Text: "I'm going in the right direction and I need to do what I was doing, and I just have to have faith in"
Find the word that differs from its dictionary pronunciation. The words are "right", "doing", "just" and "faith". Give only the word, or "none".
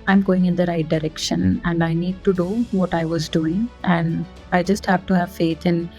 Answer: faith